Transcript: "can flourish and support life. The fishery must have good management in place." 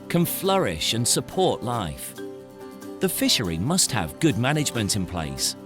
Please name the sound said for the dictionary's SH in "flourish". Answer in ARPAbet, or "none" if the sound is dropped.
SH